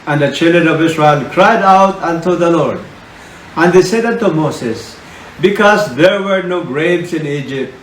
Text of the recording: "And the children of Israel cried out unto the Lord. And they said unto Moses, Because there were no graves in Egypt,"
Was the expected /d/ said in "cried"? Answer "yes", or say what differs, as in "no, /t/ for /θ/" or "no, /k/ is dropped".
yes